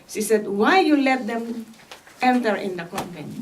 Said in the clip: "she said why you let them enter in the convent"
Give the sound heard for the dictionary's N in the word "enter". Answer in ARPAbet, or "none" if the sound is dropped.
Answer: N